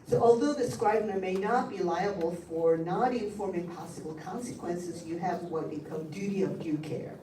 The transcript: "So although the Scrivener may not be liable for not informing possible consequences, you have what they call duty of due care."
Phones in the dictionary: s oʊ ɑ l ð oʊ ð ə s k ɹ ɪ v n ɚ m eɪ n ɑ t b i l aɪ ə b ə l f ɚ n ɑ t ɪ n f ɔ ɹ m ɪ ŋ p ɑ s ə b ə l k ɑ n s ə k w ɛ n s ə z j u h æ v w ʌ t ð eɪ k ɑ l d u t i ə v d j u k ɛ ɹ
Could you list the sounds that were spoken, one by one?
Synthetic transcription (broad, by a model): s oʊ ɑ l ð oʊ ð ə s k ɹ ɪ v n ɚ m eɪ n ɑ t b i l aɪ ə b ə l f ɚ n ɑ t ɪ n f ɔ ɹ m ɪ ŋ p ɑ s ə b l k ɑ n s ə k w ɛ n s ə z j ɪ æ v w ʌ t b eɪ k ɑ d u t i ə v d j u k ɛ ɹ